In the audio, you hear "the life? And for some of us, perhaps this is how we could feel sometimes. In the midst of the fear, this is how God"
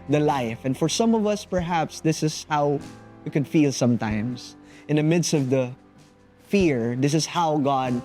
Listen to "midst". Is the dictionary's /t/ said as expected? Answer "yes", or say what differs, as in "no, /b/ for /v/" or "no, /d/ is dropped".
yes